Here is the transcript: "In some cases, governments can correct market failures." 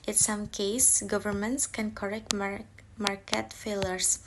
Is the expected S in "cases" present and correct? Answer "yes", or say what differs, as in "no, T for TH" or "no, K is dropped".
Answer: no, S is dropped